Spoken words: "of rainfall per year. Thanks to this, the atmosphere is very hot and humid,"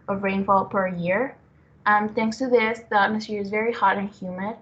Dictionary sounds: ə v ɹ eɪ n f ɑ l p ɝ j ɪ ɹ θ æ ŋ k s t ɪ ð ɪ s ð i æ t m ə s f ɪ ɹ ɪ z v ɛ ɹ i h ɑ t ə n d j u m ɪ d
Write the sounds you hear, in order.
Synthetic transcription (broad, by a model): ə v ɹ eɪ n f ɑ l p ɝ j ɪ ɹ θ æ ŋ k s t ɪ ð ɪ s ð i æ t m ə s ɪ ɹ ɪ z v ɛ ɹ i h ɑ t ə n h j u m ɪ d